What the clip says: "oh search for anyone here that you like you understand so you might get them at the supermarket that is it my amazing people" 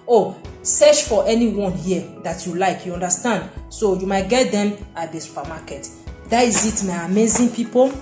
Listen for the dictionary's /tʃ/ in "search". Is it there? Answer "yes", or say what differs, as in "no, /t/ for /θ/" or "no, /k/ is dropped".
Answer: no, /ʃ/ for /tʃ/